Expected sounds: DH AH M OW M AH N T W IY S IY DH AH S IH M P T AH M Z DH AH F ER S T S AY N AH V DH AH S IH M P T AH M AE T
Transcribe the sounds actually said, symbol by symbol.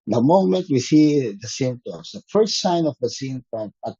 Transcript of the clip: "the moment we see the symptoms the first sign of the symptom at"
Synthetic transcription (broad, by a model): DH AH M OW M AH N T W IY S IY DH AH S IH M T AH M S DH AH F ER S T S AY N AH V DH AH S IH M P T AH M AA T